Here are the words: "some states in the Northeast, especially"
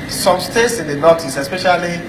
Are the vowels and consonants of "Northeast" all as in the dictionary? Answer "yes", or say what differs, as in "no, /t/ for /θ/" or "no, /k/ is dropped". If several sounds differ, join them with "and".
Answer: no, /t/ is dropped